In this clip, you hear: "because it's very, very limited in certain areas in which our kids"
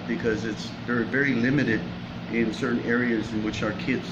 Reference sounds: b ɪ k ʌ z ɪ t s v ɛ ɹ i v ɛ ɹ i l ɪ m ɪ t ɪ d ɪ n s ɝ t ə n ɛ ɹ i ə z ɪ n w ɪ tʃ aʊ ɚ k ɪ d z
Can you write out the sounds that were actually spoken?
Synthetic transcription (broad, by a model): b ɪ k ʌ z ɪ t s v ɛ ɹ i v ɛ ɹ i l ɪ m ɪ t ɪ d ɪ n s ɝ t n ɛ ɹ i ə z ɪ n w ɪ tʃ aʊ ɚ k ɪ d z